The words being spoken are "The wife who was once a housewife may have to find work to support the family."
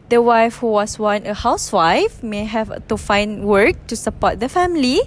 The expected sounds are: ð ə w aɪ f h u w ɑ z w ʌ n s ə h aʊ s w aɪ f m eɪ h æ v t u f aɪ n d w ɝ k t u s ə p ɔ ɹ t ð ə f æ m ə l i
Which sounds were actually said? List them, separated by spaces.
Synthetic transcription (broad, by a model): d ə w aɪ f h u w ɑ s w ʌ n ə h aʊ s w aɪ f m eɪ h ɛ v t u f aɪ n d w ɝ k t u s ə p ɔ t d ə f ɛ m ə l i